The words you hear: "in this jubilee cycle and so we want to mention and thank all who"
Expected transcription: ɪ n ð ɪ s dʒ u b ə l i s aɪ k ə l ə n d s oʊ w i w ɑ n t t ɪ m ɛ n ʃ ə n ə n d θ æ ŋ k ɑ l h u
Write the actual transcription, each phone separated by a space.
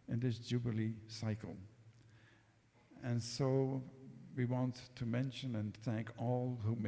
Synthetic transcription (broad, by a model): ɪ n ð ɪ s dʒ u b ə l i s aɪ k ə l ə n s oʊ w i w ɑ n t t ɪ m ɛ n ʃ ə n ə n θ æ ŋ k ɑ l h u